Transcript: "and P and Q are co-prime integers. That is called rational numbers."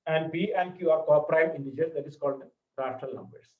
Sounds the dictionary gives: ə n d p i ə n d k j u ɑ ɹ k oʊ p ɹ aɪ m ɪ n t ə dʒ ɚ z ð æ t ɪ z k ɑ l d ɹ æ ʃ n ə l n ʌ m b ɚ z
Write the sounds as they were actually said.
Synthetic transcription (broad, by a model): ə n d b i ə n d k j u ɑ ɹ k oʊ p ɹ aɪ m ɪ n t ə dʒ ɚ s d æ t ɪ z k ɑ l d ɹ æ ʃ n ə l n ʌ m b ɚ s